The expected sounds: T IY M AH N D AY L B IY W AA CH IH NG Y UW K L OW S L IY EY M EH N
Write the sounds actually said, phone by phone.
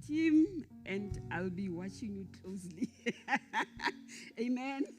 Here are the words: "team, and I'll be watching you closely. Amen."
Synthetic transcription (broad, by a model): T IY M AH N D AY L B IY W AA CH IH NG Y UW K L OW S L IY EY M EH N